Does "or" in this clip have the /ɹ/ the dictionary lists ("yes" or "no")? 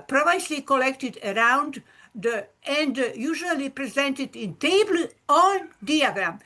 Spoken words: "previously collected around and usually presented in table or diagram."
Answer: no